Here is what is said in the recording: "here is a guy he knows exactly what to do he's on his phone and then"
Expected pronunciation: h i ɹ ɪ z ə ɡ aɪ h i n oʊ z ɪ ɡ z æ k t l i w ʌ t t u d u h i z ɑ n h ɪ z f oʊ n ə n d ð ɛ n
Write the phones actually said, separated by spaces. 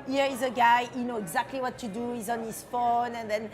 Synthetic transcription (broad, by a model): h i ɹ ɪ z ə ɡ aɪ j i n oʊ ɪ ɡ z æ k t l i w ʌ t t u d u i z ɑ n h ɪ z f oʊ n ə n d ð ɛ n